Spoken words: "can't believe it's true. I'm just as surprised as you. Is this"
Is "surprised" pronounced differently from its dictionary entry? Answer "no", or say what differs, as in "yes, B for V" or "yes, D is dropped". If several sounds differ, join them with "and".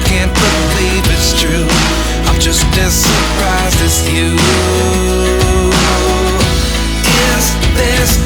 yes, D is dropped